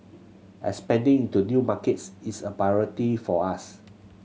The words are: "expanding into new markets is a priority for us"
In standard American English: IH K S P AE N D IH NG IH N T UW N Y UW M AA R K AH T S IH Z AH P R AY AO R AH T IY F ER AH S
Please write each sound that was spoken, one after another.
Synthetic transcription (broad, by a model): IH S P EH N D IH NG IH N T UW N Y UW M AA K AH T S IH S AH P AY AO R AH T IY F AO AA S